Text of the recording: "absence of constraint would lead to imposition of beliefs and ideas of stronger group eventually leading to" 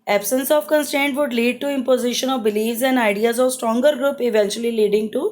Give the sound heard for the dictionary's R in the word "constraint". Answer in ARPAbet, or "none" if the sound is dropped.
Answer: none